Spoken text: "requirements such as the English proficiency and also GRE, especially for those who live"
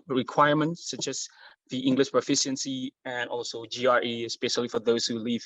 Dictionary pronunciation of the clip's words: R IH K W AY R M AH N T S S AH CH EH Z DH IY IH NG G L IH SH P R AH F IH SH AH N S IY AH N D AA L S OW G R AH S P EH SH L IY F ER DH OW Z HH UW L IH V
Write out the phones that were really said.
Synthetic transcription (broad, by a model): R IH K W AY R M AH N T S S AH CH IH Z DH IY IH NG G L IH SH P R AH F IH SH AH N S IY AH N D AA L S OW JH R AH S P EH SH L IY F ER DH OW Z HH UW L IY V